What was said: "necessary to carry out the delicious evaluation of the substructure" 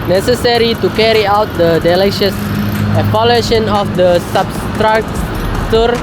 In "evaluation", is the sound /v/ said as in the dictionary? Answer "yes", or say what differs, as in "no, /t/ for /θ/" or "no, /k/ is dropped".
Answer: no, /p/ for /v/